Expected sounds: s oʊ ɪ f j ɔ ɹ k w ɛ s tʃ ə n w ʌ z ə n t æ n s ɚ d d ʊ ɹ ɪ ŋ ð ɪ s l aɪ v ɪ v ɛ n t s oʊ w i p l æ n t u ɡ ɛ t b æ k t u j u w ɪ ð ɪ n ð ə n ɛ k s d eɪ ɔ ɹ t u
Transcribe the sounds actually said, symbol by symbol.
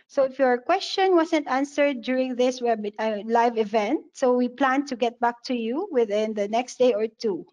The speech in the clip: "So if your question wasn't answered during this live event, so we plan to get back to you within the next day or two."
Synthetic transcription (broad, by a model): s oʊ ɪ f j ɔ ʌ k w ɛ s tʃ ə n w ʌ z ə n t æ n s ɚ d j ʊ ɹ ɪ ŋ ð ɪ s l aɪ v ɪ v ɛ n t s oʊ w i p l æ n t u ɡ ɛ t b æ k t u j u w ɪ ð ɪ n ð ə n ɛ k s d eɪ ɔ ɹ t u